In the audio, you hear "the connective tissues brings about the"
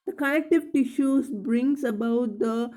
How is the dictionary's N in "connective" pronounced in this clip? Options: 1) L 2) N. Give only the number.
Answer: 1